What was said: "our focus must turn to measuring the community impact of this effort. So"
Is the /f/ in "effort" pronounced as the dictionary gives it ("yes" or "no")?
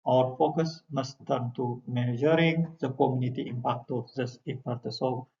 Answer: no